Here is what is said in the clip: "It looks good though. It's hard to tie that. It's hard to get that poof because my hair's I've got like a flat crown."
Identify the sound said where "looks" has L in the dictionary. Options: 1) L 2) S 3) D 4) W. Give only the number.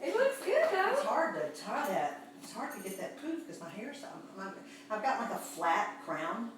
4